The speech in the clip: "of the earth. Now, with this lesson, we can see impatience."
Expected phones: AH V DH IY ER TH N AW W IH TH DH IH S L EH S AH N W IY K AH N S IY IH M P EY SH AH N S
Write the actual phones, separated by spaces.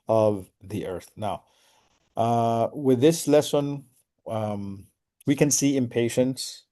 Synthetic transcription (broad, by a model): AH V DH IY ER TH N AW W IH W DH IH S L EH S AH N W IY K AH N S IY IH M P EY SH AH N S